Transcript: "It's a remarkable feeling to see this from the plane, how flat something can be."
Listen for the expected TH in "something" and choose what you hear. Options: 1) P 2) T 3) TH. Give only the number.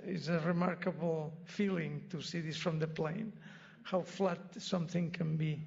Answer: 3